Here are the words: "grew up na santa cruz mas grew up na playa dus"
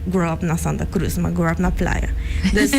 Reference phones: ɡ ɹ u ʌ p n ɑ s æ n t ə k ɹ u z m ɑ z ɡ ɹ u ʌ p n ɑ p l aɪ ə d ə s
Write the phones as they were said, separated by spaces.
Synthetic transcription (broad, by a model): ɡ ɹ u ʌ p n ɑ s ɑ n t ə k ɹ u s m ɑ ɡ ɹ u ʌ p n ɑ p l aɪ ə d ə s